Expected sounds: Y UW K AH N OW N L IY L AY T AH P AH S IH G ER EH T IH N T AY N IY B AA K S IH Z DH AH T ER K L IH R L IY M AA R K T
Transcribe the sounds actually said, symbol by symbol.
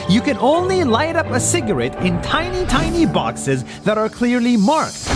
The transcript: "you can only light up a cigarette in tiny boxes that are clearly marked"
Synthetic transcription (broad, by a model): Y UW K AH N OW N L IY L AY T AH P AH S IH G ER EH T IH N T AY N IY B AA K S IH Z DH AH T ER K L IH R L IY M AA R K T